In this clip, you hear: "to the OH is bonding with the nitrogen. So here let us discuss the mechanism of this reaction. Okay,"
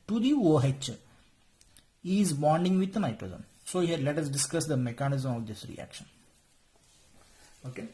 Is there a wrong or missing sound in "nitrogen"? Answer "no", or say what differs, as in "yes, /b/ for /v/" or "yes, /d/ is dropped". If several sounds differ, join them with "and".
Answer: yes, /z/ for /dʒ/